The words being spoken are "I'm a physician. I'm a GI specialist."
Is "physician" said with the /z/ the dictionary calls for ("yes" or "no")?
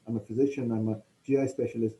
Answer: yes